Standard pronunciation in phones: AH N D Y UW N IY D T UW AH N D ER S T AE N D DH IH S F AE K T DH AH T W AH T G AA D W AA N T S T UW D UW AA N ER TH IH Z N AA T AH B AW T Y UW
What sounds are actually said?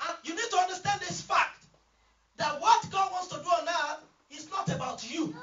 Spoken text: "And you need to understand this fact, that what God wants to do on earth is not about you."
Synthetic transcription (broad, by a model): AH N Y UW N IY D T UW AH N D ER S T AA N D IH S F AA K T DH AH T W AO T G AA D W AA N T S T UW D UW AA N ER T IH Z N AA T AH B AW T Y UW